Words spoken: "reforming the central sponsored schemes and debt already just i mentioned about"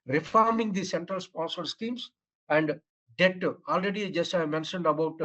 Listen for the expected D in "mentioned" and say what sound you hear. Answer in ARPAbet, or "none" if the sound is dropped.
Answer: D